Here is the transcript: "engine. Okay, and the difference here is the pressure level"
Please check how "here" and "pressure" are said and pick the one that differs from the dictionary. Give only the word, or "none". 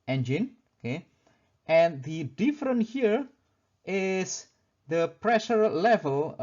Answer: none